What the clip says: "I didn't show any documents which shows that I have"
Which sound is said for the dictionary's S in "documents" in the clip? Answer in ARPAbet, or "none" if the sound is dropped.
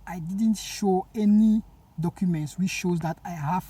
S